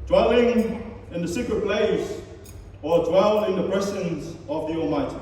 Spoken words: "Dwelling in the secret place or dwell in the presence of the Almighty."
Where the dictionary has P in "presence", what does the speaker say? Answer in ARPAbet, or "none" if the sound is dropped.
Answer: B